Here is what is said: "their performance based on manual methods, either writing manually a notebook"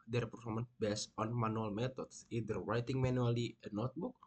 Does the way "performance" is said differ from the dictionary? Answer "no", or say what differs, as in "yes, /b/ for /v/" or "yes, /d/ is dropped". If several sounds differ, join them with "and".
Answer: yes, /s/ is dropped